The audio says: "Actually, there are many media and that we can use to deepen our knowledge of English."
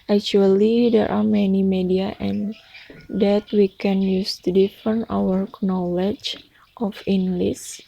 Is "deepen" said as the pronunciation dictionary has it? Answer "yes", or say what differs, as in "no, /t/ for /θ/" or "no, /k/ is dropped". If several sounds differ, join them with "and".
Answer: no, /f/ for /p/